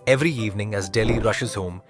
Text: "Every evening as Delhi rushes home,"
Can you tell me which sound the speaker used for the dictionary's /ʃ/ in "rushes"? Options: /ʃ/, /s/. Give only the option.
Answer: /ʃ/